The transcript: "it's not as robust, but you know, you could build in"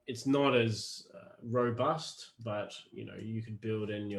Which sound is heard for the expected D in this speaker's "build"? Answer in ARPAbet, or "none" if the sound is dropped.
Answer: D